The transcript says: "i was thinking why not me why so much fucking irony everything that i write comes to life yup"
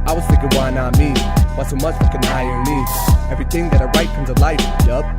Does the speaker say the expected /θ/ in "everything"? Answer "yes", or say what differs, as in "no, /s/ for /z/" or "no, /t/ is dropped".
yes